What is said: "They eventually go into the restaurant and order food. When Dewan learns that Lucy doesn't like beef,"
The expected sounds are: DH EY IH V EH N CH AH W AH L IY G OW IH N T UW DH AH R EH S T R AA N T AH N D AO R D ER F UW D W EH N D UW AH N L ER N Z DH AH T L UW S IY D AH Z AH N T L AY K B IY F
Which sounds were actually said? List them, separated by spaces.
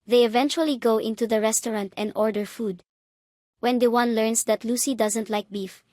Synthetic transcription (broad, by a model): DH EY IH V EH N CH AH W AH L IY G OW IH N T UW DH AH R EH S T R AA N T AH N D AO R D ER F UW D W EH N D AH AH N L ER N S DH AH T L UW S IY D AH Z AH N T L AY K B IY F